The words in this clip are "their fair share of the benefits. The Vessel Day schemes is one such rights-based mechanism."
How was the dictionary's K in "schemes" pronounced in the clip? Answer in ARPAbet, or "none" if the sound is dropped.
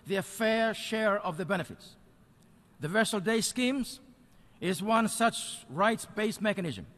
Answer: K